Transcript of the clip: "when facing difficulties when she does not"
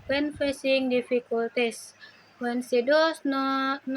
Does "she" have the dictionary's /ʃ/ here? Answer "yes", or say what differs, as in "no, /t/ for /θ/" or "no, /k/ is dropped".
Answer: no, /s/ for /ʃ/